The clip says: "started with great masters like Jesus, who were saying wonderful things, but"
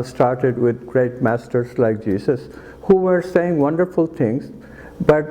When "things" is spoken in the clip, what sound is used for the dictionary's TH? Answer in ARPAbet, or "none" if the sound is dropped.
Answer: T